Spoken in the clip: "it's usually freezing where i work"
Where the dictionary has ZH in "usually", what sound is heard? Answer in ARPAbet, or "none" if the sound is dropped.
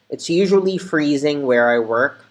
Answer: ZH